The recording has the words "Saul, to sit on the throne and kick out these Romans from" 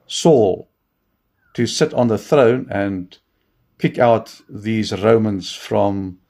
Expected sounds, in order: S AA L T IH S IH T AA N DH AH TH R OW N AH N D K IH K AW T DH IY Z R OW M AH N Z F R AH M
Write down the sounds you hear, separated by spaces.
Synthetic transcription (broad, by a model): S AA L T IH S IH T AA N DH AH TH R OW N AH N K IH K AW T DH IY Z R OW M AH N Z F R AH M